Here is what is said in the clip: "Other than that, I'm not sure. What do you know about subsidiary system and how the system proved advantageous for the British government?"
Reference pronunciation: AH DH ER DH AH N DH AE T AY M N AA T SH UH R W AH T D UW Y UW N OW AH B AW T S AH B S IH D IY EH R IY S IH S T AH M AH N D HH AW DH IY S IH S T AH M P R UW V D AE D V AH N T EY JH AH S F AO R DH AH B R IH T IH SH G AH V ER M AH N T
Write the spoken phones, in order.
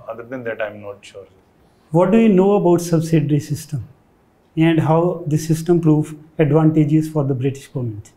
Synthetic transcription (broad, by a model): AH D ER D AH N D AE T AY M N AA T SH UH R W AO T D UW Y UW N OW AH B AW T S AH B S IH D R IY S IH S T AH M AH N D HH AW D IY S IH S T AH M P R UW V AE D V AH N T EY JH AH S F AO R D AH B R IH T IH SH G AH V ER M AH N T